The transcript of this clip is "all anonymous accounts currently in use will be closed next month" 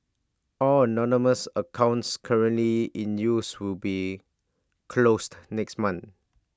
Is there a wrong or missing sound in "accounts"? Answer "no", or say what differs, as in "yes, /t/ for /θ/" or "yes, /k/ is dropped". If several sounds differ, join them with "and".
no